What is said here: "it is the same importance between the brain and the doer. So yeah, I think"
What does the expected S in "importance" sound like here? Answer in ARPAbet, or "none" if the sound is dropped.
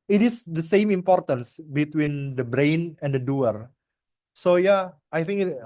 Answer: S